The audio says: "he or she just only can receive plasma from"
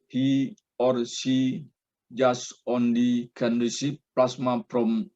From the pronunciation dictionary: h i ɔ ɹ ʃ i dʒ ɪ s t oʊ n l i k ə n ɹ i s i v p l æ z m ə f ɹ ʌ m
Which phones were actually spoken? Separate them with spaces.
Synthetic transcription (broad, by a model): h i ɔ ɹ s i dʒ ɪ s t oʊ n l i k ə n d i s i p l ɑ s m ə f ɹ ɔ m